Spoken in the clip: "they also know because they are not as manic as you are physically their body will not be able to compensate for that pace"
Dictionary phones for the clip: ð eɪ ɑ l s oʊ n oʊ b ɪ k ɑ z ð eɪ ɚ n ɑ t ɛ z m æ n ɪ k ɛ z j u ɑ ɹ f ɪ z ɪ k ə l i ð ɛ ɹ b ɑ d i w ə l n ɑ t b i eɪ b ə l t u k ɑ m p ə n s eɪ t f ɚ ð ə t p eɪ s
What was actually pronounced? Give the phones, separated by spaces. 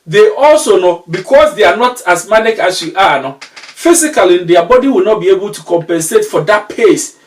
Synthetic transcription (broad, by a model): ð eɪ ɑ l s oʊ n oʊ b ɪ k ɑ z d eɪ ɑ n ɑ t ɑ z m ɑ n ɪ k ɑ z j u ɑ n f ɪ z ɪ k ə l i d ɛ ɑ b ɑ d i w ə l n ɑ t b i eɪ b ə l t u k ɑ m p ə n s eɪ t f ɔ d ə t p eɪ s